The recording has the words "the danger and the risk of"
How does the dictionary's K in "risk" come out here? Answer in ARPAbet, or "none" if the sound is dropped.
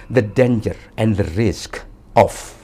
K